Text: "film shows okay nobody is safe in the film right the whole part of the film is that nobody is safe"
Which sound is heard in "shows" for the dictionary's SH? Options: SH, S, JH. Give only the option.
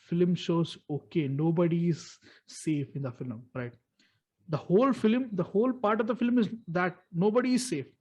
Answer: SH